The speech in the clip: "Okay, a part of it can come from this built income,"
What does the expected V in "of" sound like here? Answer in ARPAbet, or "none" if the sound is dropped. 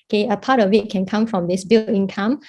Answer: W